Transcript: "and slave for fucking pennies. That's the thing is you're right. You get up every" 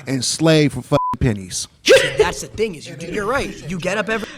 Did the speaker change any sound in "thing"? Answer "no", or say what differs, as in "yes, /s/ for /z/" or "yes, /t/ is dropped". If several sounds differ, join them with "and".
no